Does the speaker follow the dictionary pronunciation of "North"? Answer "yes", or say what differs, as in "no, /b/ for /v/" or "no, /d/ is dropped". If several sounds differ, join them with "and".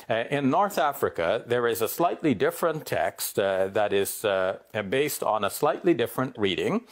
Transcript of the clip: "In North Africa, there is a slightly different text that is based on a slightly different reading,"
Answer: yes